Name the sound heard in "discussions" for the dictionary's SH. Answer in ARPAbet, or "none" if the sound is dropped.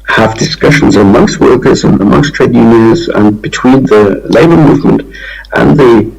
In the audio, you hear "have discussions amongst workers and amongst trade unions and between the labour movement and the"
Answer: SH